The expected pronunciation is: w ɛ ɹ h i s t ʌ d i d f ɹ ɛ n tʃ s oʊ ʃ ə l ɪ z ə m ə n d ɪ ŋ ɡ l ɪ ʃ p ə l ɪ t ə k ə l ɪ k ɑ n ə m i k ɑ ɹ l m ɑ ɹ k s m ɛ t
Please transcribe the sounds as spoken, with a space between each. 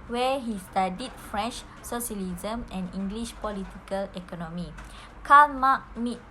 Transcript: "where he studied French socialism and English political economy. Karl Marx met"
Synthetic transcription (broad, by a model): w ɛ h i s t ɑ d i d f ɹ ɛ n tʃ s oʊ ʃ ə l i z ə m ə n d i ŋ ɡ l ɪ ʃ p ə l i t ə k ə l ɪ k ɑ n ə m i k ɑ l m ɑ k m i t